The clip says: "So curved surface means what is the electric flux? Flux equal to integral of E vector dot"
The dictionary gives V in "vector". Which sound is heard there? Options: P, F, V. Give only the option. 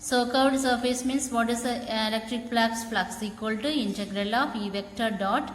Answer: V